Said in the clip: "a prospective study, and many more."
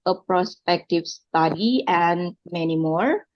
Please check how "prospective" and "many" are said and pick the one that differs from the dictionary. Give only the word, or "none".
none